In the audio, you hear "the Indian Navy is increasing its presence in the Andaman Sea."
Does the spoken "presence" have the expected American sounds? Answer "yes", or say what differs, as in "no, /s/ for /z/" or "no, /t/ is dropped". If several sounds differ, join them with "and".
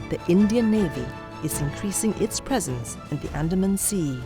yes